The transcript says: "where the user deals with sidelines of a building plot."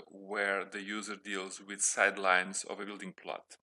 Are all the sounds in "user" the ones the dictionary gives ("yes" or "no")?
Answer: yes